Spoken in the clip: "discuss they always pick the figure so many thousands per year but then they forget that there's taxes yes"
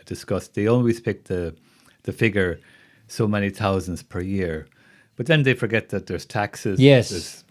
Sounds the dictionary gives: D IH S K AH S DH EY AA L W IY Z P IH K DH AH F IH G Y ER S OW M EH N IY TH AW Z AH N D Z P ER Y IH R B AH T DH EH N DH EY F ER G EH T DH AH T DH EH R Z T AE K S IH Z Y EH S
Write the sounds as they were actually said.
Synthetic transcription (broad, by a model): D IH S K AH S DH EY AA L W IY Z P IH K DH AH F IH G Y ER S OW M EH N IY TH AW Z AH N D Z P ER Y IH R B AH T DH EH N DH EY F ER G EH T DH AH T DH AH R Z T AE K S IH Z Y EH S